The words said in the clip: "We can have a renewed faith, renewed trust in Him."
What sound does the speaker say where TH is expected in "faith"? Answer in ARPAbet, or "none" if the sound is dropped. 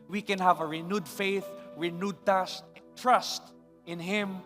TH